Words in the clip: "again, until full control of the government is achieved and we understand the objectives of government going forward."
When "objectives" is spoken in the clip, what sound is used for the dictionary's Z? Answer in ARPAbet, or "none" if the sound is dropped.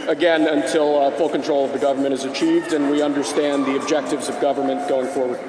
Z